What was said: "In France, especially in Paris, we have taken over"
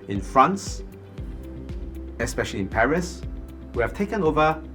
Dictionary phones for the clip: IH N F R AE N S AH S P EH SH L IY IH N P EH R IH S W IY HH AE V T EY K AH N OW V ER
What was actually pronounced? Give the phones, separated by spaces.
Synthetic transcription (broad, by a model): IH N F R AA N S AH S P EH SH L IY IH N P EH R IH S W IY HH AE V T EY K AH N OW V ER